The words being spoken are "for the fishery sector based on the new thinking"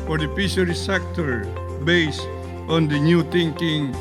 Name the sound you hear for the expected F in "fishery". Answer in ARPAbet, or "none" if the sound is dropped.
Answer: P